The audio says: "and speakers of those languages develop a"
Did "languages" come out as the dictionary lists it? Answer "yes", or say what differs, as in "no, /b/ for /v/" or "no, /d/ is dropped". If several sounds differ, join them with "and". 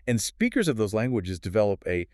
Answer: yes